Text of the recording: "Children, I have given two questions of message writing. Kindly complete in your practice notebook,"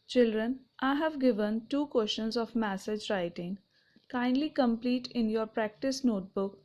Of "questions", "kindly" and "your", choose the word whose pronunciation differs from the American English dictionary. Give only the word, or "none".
questions